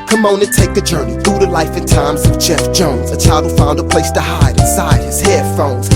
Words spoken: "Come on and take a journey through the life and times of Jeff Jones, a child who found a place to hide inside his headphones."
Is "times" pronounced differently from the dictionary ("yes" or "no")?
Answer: no